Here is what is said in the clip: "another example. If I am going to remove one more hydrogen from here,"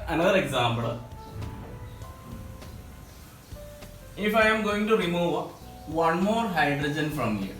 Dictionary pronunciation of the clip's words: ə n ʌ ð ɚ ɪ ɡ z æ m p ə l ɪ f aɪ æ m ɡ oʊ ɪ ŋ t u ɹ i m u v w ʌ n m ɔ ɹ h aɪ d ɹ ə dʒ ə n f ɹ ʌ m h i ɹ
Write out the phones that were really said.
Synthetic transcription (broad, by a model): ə n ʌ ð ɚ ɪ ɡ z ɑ m b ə l ɪ f aɪ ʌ m ɡ oʊ ɪ ŋ t u ɹ i m u v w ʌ n m ɔ ɹ h aɪ d ɹ ə dʒ ə n f ɹ ʌ m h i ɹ